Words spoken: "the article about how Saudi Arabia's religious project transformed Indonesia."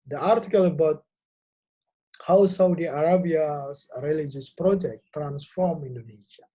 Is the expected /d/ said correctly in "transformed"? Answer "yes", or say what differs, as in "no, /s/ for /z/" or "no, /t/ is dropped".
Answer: no, /d/ is dropped